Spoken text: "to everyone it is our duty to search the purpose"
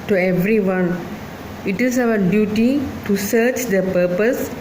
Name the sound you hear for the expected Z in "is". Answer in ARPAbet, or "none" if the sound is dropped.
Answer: S